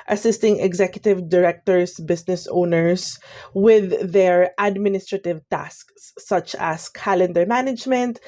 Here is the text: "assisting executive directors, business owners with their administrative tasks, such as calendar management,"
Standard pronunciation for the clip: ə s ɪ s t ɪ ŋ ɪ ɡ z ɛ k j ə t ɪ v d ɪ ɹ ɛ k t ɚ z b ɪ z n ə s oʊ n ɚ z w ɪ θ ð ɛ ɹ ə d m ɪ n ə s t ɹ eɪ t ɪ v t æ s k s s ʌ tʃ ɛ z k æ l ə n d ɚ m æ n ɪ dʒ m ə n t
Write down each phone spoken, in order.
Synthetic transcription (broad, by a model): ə s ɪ s t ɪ ŋ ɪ ɡ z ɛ k j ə t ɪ v d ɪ ɹ ɛ k t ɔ s b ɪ s n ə s oʊ n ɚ s w ɪ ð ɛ ɹ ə d m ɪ n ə s t ɹ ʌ t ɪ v t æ s k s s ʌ tʃ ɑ s k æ l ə n d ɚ m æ n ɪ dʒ m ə n t